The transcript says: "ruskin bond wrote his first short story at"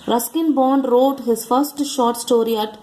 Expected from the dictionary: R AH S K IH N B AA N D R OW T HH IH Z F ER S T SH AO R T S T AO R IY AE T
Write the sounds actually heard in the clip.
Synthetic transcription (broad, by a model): R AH S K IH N B AA N D R OW T HH IH Z F ER S T SH AO R T S T AO R IY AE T